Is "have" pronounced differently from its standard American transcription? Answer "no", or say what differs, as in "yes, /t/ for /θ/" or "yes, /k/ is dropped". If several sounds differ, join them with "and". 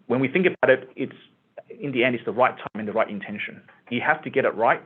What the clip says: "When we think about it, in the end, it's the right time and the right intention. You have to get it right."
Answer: yes, /f/ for /v/